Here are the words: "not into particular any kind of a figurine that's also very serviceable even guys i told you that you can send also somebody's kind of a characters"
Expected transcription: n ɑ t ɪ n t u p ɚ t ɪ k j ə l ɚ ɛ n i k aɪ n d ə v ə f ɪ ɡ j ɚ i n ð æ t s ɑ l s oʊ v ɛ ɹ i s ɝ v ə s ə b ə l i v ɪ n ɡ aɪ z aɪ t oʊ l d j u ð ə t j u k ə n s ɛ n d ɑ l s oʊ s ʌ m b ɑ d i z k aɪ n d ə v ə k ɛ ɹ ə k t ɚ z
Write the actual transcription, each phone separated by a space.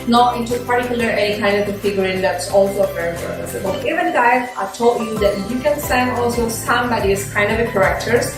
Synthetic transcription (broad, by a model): n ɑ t ɪ n t u p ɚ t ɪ k j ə l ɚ ɛ n i k aɪ n d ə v ə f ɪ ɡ j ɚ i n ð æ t s ɑ l s oʊ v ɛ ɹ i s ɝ ə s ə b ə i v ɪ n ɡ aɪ aɪ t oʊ l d j u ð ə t j u k ə n s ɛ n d ɑ l s oʊ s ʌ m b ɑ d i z k aɪ n d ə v ə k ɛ ɹ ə k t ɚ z